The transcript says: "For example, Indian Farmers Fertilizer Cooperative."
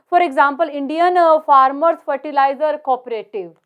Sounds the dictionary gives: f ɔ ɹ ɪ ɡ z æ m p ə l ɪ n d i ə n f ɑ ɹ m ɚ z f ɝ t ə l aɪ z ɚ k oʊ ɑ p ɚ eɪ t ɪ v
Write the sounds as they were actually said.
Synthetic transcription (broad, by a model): f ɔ ɹ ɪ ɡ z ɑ m p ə l ɪ n d i ə n f ɑ ɹ m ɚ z f ɝ t ə l aɪ z ɚ k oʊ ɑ p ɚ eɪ t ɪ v